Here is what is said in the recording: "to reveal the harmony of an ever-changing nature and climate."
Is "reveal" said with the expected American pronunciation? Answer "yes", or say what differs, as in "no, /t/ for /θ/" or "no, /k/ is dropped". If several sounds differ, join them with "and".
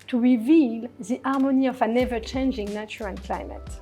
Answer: yes